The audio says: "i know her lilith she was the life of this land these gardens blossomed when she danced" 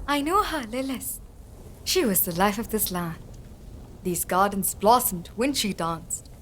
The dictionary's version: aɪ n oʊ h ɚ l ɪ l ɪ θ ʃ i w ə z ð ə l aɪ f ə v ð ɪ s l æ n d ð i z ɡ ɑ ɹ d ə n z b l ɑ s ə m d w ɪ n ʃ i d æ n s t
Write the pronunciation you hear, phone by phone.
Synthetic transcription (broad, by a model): aɪ n oʊ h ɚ l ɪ l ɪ s ʃ i w ə z ð ə l aɪ f ə v ð ɪ s l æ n ð i z ɡ ɑ ɹ d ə n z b l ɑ s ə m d w ɪ n ʃ i d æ n s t